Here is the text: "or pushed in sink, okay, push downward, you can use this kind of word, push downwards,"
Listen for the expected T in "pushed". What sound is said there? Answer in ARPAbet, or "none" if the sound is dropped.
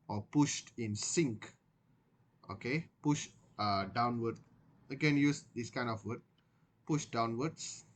T